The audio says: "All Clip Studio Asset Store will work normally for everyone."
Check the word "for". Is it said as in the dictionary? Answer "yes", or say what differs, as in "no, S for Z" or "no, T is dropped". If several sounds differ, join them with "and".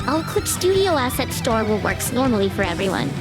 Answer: yes